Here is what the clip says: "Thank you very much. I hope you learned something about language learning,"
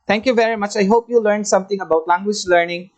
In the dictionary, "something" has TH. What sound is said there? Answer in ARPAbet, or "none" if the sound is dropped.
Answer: T